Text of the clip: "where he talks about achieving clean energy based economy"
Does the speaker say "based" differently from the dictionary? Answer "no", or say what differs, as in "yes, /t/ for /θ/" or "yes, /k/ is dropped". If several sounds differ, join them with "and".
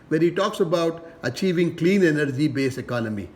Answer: yes, /t/ is dropped